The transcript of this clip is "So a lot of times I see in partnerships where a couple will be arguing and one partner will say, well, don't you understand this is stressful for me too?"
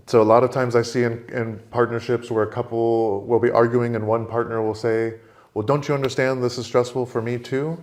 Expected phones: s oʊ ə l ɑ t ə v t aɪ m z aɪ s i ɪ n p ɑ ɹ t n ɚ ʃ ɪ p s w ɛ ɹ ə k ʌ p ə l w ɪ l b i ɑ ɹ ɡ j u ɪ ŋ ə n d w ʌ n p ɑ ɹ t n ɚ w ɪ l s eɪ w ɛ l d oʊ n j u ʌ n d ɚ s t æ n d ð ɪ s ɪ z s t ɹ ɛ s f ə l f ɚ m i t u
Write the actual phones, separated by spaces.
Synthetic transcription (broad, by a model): s oʊ ə l ɑ t ə v t aɪ m z aɪ s i ɪ n p ɑ ɹ t n ɚ ʃ ɪ p s w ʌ ɹ ə k ʌ p l w ɪ l b i ɑ ɹ ɡ j u ɪ ŋ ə n w ʌ n p ɑ ɹ t n ɚ w ɪ l s eɪ w ɛ l d oʊ n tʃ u ʌ n d ɚ s t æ n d ð ɪ s ɪ z s t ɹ ɛ s f l f ɚ m i t u